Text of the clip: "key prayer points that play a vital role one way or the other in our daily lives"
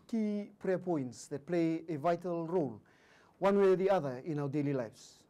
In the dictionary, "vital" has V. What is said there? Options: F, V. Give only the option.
V